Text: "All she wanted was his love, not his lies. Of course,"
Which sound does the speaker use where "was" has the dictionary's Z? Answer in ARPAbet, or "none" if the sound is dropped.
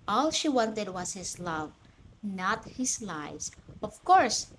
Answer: S